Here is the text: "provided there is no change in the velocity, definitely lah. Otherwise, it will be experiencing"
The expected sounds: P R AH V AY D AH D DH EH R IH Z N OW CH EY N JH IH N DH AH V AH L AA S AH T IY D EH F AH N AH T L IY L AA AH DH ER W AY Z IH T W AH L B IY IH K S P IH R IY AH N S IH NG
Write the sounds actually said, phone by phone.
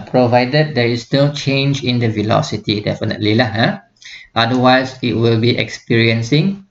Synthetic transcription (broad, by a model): P R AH V AY D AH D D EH R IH S N OW CH EY N JH IH N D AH V AH L AA S AH T IY D EH F AH N AH T L IY L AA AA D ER W AY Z IH T W AH L B IY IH K S P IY R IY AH N S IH NG